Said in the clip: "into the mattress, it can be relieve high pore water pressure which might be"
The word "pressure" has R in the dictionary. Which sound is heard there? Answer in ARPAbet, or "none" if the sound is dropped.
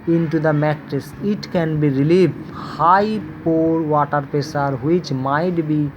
none